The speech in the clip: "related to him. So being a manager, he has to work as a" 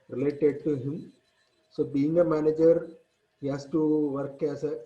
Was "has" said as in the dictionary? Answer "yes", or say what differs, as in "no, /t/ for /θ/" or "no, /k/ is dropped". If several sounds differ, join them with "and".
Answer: no, /s/ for /z/